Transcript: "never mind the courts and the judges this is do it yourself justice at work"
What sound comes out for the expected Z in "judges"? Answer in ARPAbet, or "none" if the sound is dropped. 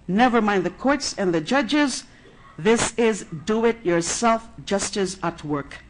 Z